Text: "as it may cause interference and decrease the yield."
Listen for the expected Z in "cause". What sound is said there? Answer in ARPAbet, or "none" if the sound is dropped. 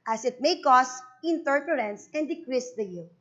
S